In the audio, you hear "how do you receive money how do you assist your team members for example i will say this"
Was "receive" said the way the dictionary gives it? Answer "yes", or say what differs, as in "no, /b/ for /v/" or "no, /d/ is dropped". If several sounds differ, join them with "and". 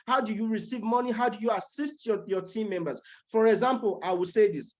yes